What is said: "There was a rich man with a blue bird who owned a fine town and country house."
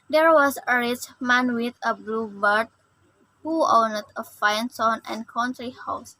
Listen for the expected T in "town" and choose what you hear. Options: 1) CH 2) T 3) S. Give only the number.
3